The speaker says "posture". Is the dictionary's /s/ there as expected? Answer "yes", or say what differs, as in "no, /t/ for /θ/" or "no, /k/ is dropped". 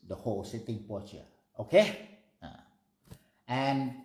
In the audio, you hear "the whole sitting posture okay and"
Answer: no, /s/ is dropped